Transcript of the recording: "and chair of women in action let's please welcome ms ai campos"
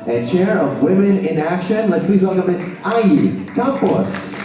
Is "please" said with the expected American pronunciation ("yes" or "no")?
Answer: yes